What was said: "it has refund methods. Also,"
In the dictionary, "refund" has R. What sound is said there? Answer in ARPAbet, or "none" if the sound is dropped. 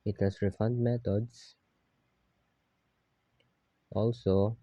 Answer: R